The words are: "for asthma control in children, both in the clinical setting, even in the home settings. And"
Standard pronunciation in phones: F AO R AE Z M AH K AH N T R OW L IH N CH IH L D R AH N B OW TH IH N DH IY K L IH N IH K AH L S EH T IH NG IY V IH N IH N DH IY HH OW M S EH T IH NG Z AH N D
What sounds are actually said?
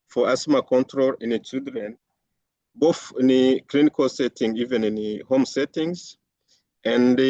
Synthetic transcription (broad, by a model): F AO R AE S M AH K AH N T R OW L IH N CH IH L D R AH N B OW TH IH N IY K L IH N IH K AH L S EH T IH NG IY V IH N IH N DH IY HH OW M S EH T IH NG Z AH N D